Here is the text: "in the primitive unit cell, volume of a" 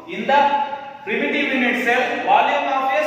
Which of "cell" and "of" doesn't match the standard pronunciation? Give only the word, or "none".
of